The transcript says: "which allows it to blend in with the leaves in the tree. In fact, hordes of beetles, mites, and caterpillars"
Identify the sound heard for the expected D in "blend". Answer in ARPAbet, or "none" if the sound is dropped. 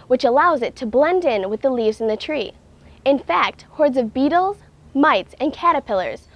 D